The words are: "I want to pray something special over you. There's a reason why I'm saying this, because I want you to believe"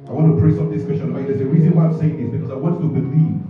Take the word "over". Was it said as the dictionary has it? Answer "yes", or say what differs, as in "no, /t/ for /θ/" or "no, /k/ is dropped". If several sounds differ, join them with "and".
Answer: no, /b/ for /v/